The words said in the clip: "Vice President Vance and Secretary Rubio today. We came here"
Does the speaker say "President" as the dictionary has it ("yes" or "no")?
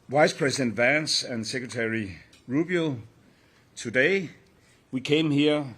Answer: no